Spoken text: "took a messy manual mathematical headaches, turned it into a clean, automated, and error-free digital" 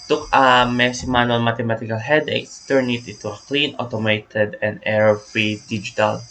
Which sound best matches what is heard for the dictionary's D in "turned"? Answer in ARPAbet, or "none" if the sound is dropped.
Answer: none